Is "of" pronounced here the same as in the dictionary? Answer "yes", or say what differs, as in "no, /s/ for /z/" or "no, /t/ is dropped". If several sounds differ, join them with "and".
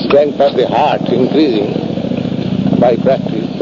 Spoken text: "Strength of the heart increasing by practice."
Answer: no, /p/ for /v/